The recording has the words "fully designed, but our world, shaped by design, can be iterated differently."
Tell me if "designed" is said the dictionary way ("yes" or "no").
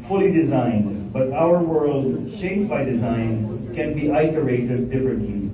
yes